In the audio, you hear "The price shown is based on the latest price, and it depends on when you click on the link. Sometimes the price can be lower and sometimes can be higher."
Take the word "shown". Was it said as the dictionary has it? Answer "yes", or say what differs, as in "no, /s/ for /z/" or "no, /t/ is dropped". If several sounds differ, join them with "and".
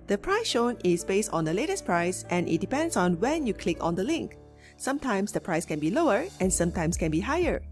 yes